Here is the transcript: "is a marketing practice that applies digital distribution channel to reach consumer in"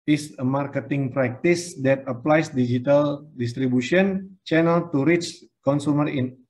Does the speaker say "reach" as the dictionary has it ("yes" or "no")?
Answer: yes